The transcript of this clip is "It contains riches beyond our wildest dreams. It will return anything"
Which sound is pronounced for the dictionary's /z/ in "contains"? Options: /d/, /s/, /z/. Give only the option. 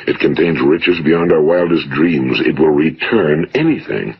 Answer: /z/